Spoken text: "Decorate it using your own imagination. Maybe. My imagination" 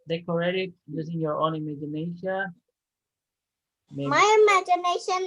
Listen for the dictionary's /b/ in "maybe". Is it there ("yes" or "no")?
no